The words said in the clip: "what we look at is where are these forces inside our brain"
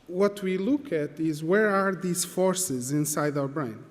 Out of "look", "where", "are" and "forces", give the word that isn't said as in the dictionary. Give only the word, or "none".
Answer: none